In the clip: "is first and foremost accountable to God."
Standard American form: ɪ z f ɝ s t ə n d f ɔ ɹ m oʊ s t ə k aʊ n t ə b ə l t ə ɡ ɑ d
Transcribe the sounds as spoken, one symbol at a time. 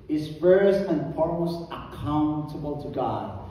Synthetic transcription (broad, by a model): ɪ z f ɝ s ə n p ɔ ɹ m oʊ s ə k aʊ n t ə b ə l t ə ɡ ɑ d